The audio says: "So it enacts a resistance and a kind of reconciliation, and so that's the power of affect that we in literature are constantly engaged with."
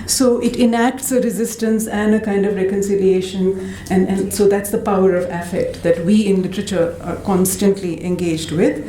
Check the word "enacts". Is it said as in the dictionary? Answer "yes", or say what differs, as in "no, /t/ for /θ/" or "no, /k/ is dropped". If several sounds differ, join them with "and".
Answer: yes